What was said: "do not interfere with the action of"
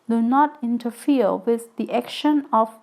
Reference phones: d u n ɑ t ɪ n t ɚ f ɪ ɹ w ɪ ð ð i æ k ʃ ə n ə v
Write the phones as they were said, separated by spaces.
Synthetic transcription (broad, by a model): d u n ɑ t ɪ n t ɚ f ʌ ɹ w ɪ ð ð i æ k ʃ ə n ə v